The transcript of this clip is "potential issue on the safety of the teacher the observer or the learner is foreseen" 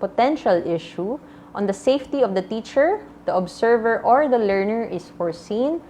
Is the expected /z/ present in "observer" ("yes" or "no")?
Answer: no